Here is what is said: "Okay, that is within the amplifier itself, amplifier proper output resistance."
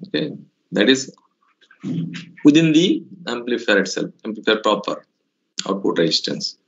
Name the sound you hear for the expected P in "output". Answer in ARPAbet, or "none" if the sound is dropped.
none